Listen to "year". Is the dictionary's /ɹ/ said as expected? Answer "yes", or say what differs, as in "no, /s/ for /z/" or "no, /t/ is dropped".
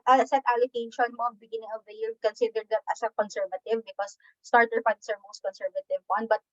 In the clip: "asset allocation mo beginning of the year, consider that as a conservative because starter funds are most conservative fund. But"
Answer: no, /l/ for /ɹ/